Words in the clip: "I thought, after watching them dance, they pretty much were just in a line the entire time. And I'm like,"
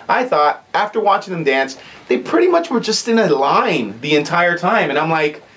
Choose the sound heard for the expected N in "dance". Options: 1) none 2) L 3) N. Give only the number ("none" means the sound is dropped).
3